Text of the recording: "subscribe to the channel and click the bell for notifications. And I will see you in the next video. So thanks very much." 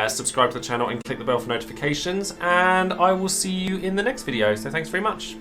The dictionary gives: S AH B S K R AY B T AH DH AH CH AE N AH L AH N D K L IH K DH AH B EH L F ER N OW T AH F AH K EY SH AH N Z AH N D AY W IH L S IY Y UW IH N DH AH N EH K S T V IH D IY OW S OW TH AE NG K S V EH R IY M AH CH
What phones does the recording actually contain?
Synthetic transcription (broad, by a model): S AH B S K R AY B T AH DH AH CH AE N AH L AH N K L IH K DH AH B EH L F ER N OW T AH F AH K EY SH AH N Z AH N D AY W IH L S IY Y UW IH N DH AH N EH K S T V IH D IY OW S OW TH AE NG K S V EH R IY M AH CH